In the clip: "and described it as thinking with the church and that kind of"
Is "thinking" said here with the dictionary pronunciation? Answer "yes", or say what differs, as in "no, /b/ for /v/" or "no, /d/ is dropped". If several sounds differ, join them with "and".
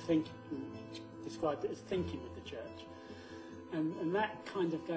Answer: yes